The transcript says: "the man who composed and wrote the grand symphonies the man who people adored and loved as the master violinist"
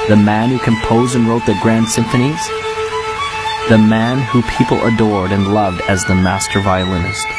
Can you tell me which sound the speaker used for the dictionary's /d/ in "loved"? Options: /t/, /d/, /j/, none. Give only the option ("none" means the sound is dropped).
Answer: /d/